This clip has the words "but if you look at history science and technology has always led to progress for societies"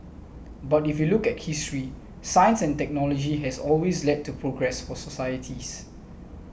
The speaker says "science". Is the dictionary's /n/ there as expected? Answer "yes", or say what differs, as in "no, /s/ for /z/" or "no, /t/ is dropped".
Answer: yes